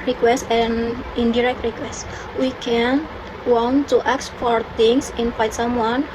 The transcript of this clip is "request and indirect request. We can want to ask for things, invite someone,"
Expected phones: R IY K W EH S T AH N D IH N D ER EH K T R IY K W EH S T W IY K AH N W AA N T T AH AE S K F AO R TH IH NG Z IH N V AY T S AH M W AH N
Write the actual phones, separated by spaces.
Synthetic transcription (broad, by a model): R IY K W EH S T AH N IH N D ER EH K T R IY K W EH S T W IY K AH N W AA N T T AH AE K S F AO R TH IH NG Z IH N F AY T S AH M W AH N